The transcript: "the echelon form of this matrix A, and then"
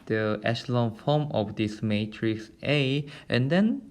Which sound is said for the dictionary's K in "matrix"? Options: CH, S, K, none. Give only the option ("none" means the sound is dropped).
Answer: K